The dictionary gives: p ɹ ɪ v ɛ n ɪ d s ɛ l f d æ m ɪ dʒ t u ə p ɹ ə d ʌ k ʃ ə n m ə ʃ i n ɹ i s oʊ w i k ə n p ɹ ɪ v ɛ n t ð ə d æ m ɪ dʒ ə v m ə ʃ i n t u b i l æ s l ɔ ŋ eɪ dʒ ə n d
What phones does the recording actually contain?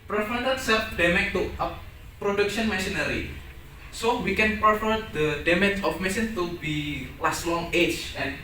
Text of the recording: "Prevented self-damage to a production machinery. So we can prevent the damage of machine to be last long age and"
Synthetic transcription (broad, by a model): p ɹ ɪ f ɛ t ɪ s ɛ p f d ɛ m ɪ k t u ə p ɹ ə d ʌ k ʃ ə n m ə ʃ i n ɹ i s oʊ w i k ə n p ɹ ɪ f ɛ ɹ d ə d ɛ m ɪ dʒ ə f m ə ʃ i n t u b i l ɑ s l ɔ ŋ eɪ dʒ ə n